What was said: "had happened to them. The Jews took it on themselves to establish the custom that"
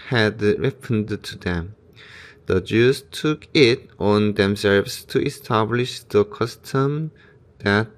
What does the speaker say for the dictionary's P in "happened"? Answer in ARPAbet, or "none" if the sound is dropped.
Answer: F